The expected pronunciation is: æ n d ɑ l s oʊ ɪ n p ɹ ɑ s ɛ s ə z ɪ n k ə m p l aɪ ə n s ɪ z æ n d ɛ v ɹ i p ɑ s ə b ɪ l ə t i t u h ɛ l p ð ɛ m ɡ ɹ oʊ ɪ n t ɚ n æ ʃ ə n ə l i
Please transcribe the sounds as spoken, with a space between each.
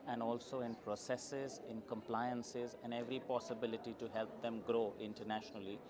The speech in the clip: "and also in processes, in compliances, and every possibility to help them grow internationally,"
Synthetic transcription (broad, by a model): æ n d ɑ l s oʊ ɪ n p ɹ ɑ s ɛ s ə z ɪ n k ə m p l aɪ ə n s ɪ z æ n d ɛ v ɹ i p ɑ s ə b ɪ l ə t i t u h ɛ l p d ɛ m ɡ ɹ oʊ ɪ n t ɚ n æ ʃ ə n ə l i